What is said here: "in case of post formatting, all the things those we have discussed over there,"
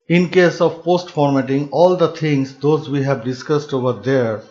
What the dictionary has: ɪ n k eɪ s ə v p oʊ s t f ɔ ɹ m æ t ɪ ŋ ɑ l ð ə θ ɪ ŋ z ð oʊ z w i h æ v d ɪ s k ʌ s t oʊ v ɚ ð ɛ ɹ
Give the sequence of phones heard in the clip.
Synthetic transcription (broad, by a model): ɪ n k eɪ s ə v p oʊ s t f ɔ ɹ m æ t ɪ ŋ ɑ l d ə t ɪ ŋ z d oʊ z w i h æ v d ɪ s k ʌ s t oʊ v ɚ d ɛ ɹ